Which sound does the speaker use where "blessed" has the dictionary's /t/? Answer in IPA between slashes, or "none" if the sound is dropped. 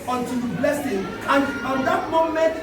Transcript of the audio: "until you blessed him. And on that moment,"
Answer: none